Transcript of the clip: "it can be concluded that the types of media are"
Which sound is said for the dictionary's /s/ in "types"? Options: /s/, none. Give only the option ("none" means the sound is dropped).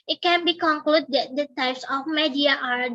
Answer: /s/